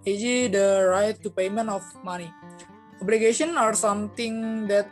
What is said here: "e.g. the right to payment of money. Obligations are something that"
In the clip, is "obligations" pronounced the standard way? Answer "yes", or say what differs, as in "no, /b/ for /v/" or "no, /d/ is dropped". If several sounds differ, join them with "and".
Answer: no, /z/ is dropped